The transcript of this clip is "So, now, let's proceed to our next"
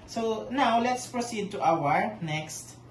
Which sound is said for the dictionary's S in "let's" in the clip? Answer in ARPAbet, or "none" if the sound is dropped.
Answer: S